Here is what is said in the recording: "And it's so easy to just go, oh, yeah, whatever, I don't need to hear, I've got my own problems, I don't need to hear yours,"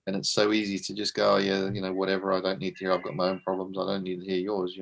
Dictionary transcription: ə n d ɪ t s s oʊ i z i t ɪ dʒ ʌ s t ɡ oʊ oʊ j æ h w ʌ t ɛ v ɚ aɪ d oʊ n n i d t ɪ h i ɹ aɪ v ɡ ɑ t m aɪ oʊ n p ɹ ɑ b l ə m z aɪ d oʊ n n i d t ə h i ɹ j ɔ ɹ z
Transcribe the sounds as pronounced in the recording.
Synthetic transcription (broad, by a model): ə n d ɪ t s s oʊ i z i t ɪ dʒ ʌ s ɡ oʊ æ j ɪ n w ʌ t ɛ v ɚ aɪ d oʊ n n i d t ɪ h i ɹ aɪ v ɡ ɑ t m aɪ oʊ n p ɹ ɑ b l ə m z aɪ d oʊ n n i d t ə h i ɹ j ɔ ɹ z